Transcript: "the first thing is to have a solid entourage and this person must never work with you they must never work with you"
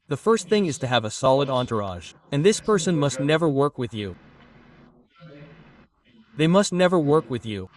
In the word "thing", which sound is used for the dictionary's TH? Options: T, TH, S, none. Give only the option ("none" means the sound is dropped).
TH